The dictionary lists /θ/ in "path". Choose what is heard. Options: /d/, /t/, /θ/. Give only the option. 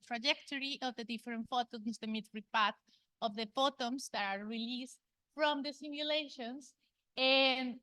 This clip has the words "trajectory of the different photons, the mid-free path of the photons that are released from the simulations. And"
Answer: /t/